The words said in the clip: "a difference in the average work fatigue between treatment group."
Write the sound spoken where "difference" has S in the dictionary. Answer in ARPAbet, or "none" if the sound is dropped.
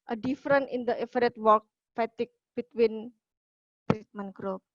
none